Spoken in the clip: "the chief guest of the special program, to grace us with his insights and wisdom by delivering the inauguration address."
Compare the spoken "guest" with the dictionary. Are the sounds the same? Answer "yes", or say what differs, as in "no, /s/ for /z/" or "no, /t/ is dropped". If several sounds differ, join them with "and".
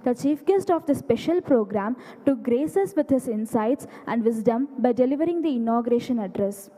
yes